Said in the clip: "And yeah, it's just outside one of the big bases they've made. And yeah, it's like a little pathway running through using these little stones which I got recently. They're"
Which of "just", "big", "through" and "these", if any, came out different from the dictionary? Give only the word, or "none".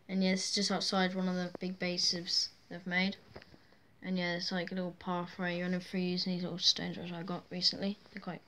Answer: through